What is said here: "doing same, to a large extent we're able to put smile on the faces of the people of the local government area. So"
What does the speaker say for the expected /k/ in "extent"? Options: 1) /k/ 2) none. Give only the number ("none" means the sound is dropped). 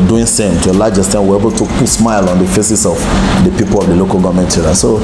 2